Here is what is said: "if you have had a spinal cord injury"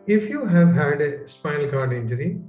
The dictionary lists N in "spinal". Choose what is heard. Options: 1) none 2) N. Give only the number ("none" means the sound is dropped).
1